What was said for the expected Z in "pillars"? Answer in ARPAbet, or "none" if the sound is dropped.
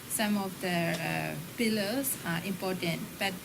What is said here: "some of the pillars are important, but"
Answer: S